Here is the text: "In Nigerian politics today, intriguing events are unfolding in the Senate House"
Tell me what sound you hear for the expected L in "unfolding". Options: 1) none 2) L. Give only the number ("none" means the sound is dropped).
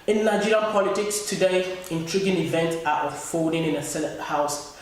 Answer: 1